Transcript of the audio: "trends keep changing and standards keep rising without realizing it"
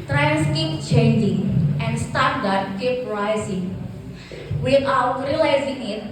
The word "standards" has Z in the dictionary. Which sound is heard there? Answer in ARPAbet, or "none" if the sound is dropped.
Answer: none